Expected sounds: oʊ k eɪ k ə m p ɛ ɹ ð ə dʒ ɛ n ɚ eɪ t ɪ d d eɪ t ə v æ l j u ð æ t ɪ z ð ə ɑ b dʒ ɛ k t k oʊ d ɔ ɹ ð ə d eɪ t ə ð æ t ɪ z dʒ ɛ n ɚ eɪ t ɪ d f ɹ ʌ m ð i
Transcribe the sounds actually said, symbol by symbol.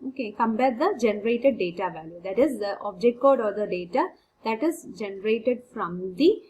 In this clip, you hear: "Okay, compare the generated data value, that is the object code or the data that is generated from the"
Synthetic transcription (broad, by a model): oʊ k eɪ k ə m b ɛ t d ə dʒ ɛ n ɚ eɪ t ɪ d d eɪ t ə v æ l j u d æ t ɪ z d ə ɑ b dʒ ɛ k t k oʊ d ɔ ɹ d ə d eɪ t ə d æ t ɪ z dʒ ɛ n ɚ eɪ t ɪ d f ɹ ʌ m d i